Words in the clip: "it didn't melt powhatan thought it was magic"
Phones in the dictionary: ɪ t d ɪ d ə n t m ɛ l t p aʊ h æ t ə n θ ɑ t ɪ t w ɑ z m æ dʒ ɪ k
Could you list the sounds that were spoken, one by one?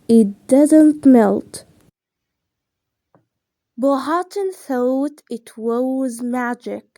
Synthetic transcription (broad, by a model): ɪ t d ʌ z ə n t m ɛ l t b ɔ h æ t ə n θ ɑ t ɪ t w ɑ z m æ dʒ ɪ k